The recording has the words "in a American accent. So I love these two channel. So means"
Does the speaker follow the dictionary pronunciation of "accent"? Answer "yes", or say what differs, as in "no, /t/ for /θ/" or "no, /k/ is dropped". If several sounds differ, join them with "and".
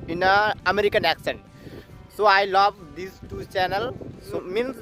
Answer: yes